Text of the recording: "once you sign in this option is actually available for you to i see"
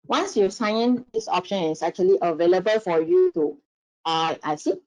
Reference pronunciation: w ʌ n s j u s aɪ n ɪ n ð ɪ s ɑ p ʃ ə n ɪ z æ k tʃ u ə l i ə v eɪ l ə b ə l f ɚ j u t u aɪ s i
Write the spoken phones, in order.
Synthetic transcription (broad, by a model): w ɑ n s j u s aɪ ɪ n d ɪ s ɑ p ʃ ə n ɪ s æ k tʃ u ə l i ə v eɪ l ə b ə l f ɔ j u t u aɪ s i